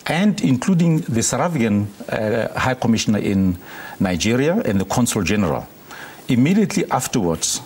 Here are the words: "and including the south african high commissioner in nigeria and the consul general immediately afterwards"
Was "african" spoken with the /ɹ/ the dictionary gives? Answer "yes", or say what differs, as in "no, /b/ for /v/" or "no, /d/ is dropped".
no, /ɹ/ is dropped